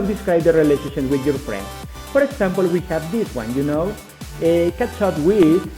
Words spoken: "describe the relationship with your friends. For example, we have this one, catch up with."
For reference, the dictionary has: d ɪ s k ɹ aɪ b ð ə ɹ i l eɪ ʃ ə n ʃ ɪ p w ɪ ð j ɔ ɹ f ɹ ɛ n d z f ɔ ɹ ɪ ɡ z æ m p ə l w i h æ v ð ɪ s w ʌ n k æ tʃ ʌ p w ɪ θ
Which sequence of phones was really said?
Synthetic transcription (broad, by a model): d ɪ s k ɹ aɪ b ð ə ɹ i l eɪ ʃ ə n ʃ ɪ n w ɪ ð j ɔ ɹ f ɹ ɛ n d s f ɔ ɹ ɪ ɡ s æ m p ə l w i h æ v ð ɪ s w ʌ n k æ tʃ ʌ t w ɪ